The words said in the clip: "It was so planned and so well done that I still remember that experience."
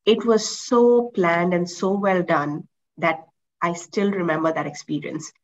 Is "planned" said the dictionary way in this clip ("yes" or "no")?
yes